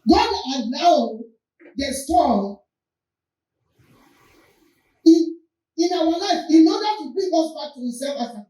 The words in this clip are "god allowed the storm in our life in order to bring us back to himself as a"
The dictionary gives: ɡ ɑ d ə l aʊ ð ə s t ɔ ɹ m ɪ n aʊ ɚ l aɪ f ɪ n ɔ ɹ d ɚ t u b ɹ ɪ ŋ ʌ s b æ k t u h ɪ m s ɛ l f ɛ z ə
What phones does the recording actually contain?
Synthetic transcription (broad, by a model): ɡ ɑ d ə n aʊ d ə s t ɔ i ɪ n aʊ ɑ l aɪ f ɪ n ɔ d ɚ t u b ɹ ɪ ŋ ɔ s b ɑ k t u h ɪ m s ɛ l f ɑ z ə